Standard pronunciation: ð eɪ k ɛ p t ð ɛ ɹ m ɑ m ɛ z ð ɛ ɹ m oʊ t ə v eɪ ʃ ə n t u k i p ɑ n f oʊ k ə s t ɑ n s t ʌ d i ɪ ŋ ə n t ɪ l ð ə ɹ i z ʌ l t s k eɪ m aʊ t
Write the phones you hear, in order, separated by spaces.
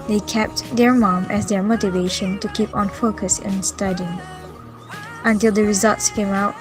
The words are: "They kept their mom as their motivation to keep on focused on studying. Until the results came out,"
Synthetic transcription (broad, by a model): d eɪ k ɛ p t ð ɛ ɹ m ɑ m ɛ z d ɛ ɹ m oʊ t ə v eɪ ʃ ə n t u k i p ɑ n f oʊ k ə s ɪ n s t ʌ d i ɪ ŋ ə n t ɪ l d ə ɹ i z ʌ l t s k eɪ m aʊ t